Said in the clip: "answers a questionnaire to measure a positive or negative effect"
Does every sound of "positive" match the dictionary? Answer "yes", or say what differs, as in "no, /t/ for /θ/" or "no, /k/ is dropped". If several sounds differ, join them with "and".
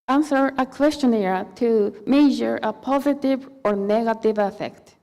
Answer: yes